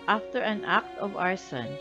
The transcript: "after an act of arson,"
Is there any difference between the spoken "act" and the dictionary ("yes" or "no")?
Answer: no